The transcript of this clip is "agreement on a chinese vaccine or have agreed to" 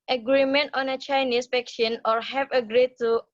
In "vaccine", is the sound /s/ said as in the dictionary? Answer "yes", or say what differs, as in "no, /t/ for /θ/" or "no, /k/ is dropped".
no, /ʃ/ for /s/